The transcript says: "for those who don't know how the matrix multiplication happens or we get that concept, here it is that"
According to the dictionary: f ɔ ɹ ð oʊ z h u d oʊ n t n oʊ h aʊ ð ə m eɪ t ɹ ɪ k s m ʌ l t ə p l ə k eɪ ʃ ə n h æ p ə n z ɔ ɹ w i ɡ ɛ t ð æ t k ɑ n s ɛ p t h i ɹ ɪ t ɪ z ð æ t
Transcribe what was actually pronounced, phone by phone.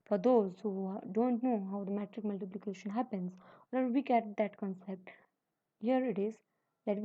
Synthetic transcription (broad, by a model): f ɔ ɹ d oʊ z h u d oʊ n t n oʊ h aʊ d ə m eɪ t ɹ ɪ k m ʌ l t ə p l ə k eɪ ʃ ə n h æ p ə n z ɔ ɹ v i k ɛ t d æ t k ɑ n s ɛ p t h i ɹ ɪ t ɪ z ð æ t